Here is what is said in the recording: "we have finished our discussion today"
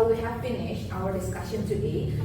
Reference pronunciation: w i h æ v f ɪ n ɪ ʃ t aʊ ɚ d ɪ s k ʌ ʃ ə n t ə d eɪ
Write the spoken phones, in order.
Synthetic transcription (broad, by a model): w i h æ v p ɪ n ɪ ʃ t aʊ ɚ d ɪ s k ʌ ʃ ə n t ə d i